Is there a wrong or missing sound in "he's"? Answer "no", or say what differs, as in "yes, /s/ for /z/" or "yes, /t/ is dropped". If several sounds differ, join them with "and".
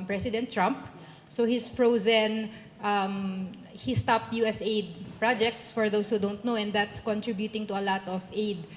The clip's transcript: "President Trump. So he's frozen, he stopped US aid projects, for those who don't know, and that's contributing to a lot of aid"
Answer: yes, /s/ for /z/